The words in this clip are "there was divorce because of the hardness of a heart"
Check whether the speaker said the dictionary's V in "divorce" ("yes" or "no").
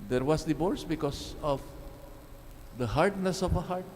no